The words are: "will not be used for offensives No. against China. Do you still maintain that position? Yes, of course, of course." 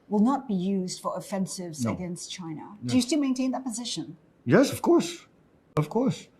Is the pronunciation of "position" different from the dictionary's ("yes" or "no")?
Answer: no